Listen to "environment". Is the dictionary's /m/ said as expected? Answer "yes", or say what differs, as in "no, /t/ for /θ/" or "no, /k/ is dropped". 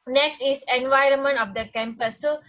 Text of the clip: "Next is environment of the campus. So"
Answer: yes